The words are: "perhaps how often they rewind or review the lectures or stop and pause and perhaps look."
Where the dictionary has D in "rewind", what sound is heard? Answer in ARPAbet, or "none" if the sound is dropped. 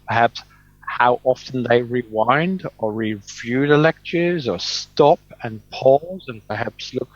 D